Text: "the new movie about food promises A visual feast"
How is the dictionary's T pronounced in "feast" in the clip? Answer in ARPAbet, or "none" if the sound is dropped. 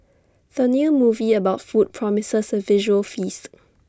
T